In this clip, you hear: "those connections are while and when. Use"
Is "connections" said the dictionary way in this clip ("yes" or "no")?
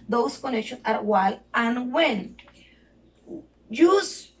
no